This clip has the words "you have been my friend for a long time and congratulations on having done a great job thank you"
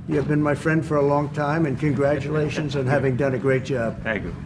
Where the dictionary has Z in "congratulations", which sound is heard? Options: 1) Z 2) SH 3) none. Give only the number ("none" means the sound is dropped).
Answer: 1